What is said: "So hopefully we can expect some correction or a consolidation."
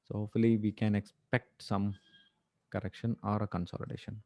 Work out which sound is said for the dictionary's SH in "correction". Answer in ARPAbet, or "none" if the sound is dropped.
SH